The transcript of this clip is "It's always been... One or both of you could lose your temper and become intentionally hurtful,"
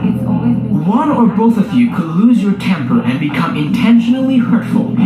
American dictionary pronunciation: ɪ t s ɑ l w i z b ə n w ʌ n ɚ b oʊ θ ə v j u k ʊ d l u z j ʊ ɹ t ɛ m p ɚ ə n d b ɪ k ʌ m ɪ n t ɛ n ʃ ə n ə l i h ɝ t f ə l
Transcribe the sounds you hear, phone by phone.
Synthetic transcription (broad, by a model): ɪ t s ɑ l w ə n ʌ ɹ b oʊ θ ə v j u k ʊ d l u z j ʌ ɹ t ɛ m p ɚ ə n b ɪ k ʌ m ɪ n t ɛ n ʃ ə n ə l i h ɝ t f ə l